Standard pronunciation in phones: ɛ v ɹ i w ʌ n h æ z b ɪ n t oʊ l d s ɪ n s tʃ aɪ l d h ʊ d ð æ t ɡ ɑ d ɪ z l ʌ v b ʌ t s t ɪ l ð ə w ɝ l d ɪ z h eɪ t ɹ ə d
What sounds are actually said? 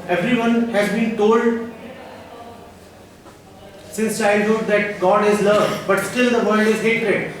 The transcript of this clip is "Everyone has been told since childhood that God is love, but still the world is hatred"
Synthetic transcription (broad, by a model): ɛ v ɹ i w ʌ n h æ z b ɪ n t oʊ l d s ɪ n s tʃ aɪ d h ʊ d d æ t ɡ ɑ d ɪ z l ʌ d b ʌ t s t ɪ l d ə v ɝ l d ɪ z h eɪ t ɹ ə d